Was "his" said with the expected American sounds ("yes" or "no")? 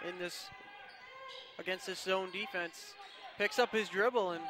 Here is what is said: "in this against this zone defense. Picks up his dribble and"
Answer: yes